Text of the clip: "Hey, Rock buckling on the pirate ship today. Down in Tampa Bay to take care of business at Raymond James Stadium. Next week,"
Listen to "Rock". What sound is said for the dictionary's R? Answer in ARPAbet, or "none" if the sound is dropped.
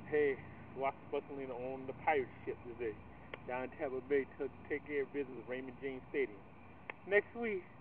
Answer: W